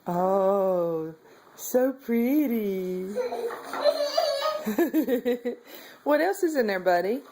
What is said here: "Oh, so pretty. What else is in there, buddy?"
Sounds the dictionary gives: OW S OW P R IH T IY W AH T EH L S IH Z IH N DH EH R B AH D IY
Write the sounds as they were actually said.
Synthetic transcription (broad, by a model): OW S OW P R IH T IY W AH T EH L S IH Z IH N DH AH R B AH D IY